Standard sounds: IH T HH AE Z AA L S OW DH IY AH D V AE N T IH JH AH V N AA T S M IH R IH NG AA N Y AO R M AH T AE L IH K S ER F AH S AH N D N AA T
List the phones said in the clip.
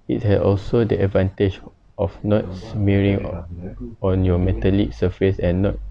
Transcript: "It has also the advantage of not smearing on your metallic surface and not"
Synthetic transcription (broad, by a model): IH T HH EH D AA L S OW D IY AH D V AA N T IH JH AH F N AA T S M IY R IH NG AA N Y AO M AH T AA L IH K S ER F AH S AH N N AA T